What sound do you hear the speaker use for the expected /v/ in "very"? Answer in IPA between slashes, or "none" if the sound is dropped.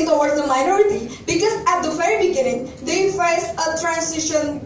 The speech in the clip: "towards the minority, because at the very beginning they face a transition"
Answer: /f/